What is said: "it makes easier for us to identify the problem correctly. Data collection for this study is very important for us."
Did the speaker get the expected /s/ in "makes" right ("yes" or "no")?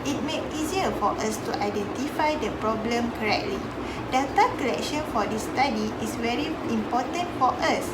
no